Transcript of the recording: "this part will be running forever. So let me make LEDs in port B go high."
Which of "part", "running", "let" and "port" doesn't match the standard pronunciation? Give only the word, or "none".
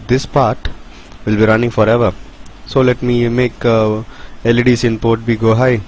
none